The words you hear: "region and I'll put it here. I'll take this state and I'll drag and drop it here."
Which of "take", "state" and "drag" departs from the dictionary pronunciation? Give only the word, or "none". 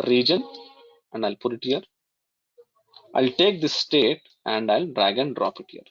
none